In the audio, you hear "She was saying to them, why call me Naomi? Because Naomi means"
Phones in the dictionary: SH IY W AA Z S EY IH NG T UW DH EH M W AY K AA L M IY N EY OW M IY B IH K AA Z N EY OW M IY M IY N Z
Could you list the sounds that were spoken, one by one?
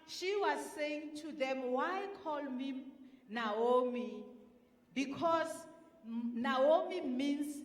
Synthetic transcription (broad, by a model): SH IY W AA Z S EY IH NG T UW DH EH M W AY K AA L M IY N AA OW M IY B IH K AA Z N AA OW M IY M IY N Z